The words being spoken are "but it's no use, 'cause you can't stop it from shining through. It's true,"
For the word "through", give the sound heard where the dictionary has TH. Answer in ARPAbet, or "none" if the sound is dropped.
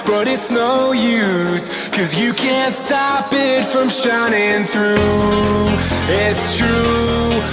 TH